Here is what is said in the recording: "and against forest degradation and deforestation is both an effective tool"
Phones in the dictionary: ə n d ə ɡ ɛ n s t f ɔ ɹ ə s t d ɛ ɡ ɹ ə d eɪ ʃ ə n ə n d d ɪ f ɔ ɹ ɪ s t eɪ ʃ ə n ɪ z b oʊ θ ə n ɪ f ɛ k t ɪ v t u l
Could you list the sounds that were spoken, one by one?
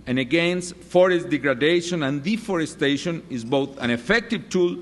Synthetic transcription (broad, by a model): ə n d ə ɡ ɛ n s t f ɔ ɹ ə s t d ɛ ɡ ɹ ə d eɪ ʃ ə n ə n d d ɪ f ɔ ɹ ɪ s t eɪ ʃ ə n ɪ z b oʊ θ ə n ɪ f ɛ k t ɪ v t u l